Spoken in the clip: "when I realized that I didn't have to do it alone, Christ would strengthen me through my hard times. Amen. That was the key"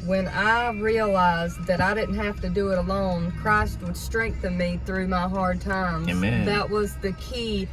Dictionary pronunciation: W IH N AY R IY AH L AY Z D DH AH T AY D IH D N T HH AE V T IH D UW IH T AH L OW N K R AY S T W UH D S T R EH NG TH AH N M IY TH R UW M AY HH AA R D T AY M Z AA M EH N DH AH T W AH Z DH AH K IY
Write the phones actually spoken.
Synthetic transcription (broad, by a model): W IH N AY R IY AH L AY Z DH AH T AY D IH D N T HH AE F T IH D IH IH T AH L OW N K R AY S T W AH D S T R EH NG TH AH N M IY TH R UW M AY HH AA R D T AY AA M DH AH T W AH Z DH AH K IY